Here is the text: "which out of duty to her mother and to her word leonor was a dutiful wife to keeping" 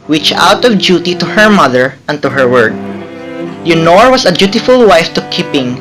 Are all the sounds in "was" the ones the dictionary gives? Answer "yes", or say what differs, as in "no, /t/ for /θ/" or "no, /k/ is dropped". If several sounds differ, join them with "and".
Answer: no, /s/ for /z/